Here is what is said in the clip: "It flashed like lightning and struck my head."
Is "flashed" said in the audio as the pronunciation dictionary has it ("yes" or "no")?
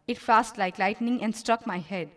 no